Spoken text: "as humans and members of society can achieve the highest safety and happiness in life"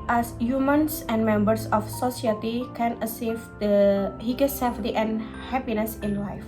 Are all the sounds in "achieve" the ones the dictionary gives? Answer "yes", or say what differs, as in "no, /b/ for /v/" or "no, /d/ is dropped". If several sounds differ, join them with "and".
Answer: no, /s/ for /tʃ/